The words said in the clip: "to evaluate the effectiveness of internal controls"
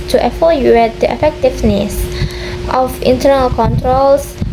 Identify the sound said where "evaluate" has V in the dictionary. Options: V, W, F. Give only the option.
F